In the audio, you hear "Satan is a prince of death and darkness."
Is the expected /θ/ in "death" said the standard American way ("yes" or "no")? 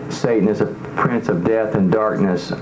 yes